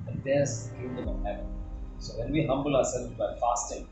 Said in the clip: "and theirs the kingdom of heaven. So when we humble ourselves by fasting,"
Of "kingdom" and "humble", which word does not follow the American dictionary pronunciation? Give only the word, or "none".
kingdom